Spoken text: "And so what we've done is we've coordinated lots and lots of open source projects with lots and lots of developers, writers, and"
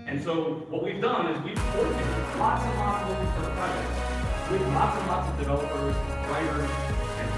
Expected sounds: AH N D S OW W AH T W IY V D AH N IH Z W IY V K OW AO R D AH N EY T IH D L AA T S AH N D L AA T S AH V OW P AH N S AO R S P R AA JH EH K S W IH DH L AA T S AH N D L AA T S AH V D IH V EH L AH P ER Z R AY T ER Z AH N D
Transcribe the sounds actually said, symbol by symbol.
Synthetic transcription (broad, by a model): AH N S OW W AH T W IY V D AH N IH Z W IY V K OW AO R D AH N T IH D L AA T S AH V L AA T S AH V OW AH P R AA EH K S W IH DH L AA T S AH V L AA T S AH V D IH V EH L AH P ER Z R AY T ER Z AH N